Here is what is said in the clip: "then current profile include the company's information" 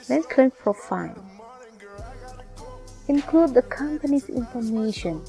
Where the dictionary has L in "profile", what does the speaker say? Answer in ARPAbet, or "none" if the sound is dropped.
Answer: N